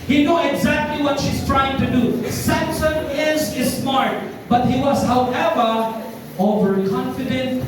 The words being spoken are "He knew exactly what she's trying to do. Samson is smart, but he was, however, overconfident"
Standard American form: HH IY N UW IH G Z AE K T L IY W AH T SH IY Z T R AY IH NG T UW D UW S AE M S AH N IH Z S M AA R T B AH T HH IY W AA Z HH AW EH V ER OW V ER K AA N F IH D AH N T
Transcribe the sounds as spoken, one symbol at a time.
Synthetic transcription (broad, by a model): HH IY N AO IH G Z AE K T L IY W AH T SH IY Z T R AY IH NG T UW D UW S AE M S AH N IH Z S M AA R T B AH T HH IY W AA Z HH AW EH V ER OW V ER K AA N F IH D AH N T